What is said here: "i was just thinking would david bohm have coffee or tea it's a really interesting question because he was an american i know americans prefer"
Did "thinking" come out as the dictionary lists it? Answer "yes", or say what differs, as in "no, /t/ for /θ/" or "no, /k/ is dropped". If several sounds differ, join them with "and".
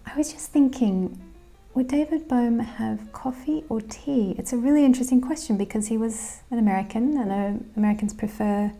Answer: yes